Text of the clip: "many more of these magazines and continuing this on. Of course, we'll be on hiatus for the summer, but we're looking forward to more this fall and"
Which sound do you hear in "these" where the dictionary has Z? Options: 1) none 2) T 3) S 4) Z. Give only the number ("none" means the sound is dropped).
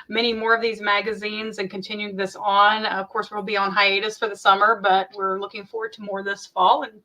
4